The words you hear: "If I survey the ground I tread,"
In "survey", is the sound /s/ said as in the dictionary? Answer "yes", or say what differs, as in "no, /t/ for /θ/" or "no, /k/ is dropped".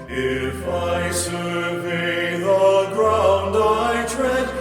no, /ʃ/ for /s/